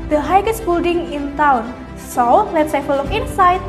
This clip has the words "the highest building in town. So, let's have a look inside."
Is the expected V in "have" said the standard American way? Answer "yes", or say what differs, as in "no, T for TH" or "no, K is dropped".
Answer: no, F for V